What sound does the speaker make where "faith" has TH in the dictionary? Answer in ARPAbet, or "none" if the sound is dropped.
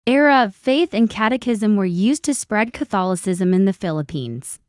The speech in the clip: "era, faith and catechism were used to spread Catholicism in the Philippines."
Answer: TH